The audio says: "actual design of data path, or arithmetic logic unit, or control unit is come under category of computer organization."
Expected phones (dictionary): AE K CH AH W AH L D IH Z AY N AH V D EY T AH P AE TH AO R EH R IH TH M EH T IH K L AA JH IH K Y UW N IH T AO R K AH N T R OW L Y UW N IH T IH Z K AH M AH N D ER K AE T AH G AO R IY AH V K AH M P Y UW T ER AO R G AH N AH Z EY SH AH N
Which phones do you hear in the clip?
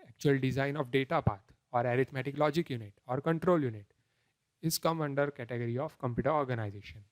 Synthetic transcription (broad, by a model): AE K CH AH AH L D IH Z AY N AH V D EY T AH P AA T AO R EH R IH T M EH T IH K L AA JH IH K Y UW N IH T AO R K AH N T R OW L Y UW N IH T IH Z K AH M AH N D ER K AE T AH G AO R IY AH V K AH M P Y UW T ER AO R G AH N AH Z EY SH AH N